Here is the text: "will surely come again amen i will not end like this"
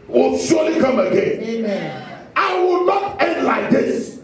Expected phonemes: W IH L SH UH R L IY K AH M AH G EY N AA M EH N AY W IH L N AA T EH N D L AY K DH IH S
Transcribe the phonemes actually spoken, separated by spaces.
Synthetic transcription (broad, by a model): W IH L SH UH L IY K AH M AH G EY N AA IH W IH L N AA T EH N D L AY K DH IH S